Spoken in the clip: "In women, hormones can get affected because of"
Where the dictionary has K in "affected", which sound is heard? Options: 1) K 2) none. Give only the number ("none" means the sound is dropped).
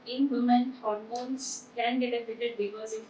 2